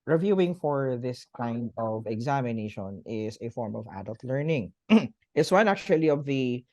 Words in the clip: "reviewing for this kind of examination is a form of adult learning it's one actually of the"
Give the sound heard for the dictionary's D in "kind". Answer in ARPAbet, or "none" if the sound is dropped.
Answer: D